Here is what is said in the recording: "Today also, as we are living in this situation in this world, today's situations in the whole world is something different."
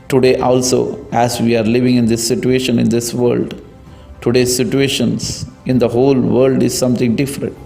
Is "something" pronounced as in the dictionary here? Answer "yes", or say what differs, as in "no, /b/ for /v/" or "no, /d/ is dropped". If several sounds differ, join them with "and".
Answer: no, /t/ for /θ/